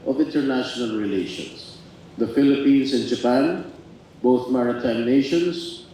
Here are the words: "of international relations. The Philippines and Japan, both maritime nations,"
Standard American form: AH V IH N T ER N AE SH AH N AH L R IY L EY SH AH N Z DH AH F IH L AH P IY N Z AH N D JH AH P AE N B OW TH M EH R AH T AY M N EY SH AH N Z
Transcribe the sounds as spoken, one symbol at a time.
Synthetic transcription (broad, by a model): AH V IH N T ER N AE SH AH N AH L R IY L EY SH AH N S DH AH F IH L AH P IY N S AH N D JH AH P AE N B OW TH M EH R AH T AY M N EY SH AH N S